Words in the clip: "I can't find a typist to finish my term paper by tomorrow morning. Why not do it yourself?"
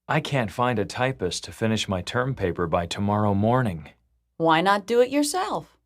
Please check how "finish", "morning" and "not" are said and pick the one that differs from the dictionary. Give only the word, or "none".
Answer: none